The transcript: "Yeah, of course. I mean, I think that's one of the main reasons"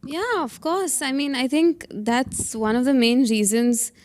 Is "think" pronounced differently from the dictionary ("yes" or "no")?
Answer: no